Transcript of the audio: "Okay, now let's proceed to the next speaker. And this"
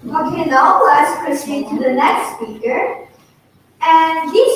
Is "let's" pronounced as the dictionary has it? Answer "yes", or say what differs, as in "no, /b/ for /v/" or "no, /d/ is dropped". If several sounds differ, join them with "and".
no, /w/ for /l/